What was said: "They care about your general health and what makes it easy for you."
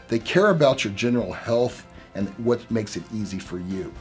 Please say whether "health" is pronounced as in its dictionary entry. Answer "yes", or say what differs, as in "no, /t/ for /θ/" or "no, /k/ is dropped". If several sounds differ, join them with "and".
yes